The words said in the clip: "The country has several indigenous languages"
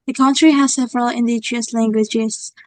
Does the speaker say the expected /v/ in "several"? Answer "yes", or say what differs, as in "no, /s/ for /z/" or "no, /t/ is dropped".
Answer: yes